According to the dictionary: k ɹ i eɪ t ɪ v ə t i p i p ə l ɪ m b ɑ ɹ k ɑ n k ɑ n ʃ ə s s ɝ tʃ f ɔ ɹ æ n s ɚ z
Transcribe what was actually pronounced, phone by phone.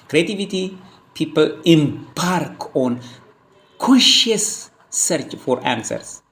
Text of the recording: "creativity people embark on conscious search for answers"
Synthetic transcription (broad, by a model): k ɹ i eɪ t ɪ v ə t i p i p ə l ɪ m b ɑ ɹ k ɑ n k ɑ ʃ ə s s ɝ tʃ f ɔ ɹ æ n s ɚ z